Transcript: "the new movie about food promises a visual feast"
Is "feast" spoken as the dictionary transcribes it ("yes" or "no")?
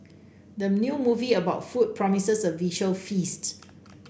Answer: yes